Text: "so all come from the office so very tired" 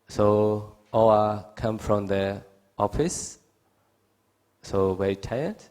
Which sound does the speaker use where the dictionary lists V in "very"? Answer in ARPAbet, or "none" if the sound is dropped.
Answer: W